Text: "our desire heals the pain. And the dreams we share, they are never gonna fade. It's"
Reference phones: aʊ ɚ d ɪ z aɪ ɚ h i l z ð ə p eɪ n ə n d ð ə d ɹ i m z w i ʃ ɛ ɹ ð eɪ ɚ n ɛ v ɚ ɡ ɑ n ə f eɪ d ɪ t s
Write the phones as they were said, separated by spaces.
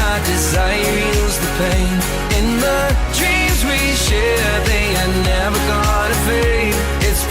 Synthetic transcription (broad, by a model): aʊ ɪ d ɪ z aɪ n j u z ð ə p eɪ n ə n ð ə d ɹ i m z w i ʃ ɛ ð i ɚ n ɛ v ɚ ɡ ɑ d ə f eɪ ɪ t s